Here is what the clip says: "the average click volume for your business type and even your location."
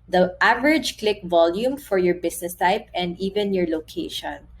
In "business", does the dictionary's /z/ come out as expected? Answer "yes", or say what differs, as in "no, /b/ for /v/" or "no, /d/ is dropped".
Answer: no, /s/ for /z/